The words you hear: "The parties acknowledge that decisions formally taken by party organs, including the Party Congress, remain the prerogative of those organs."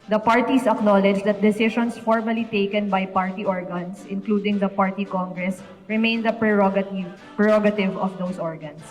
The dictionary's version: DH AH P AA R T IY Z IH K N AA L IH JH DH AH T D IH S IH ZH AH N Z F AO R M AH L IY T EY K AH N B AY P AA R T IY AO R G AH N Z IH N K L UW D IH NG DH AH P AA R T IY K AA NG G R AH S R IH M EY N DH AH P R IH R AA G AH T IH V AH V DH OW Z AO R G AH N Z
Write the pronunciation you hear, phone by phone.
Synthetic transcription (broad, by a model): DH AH P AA R T IY S IH K N AA L IH JH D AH T D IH S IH SH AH N S F AO R M AH L IY T EY K AH N B AY P AA R T IY AO R G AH N S IH N K L UW D IH NG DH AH P AA R T IY K AA NG G R AH S R IH M EY N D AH P R IH R AA G AH T IH V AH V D OW S AO R G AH N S